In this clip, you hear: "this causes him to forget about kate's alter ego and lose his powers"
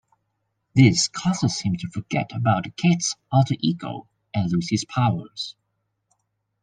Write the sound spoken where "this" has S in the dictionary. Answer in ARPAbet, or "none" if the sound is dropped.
S